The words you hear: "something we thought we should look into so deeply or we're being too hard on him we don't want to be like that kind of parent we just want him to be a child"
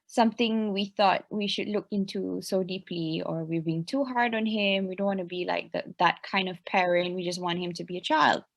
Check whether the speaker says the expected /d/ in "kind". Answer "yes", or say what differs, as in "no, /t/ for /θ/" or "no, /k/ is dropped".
yes